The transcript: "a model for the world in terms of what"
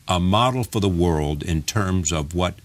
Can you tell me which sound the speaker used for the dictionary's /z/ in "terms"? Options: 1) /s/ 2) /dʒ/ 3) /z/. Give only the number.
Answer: 3